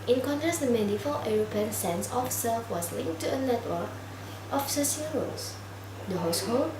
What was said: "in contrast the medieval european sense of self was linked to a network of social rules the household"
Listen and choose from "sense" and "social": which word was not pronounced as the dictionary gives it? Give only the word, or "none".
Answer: social